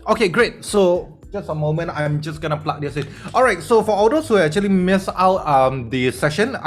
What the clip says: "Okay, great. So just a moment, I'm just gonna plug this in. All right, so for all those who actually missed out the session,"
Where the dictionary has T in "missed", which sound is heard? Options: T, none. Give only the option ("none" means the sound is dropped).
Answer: none